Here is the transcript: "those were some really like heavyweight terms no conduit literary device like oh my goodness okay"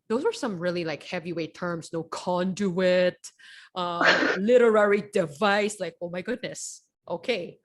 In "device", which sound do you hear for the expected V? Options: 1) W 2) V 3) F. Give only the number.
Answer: 2